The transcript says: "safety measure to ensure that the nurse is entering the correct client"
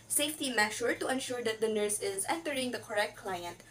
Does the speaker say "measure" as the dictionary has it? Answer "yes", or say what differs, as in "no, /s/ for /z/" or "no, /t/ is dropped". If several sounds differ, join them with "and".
no, /ʃ/ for /ʒ/